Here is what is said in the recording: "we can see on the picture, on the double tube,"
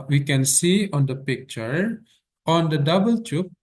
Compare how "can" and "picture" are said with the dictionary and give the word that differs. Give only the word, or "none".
none